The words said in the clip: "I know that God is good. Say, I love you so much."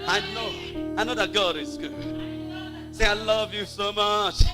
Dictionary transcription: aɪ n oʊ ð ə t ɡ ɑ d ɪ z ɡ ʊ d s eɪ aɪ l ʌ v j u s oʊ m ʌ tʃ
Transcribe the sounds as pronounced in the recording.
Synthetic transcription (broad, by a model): aɪ n oʊ ð ə t ɡ ɑ d ɪ z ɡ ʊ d s eɪ aɪ l ʌ v j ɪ s oʊ m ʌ tʃ